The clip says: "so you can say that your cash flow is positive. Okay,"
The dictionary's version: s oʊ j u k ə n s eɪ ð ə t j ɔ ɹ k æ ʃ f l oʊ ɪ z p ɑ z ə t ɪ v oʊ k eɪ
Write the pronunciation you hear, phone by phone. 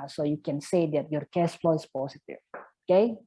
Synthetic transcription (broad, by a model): s oʊ j u k ə n s eɪ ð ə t j ɔ ɹ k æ s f l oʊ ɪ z p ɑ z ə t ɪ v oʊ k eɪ